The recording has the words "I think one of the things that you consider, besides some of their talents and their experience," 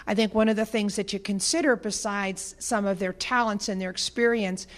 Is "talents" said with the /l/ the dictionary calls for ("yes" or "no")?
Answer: yes